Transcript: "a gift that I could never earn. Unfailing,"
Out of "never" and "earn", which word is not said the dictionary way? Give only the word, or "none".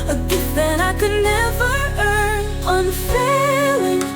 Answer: none